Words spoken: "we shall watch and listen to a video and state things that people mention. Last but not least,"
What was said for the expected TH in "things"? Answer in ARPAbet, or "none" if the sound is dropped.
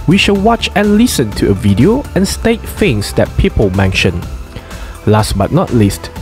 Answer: F